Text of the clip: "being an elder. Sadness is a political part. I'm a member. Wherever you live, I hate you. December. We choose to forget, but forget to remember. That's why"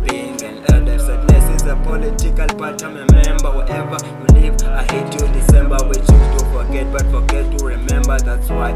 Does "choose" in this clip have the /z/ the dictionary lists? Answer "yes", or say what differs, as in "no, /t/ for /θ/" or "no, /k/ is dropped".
no, /z/ is dropped